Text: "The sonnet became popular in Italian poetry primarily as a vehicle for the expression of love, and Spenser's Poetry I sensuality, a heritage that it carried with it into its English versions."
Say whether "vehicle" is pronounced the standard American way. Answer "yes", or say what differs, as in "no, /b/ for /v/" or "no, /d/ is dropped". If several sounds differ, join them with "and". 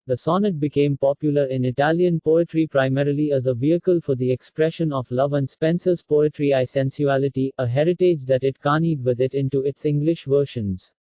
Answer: yes